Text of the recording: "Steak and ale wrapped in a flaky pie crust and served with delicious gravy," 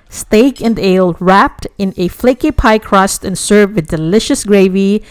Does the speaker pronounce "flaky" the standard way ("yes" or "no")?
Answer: yes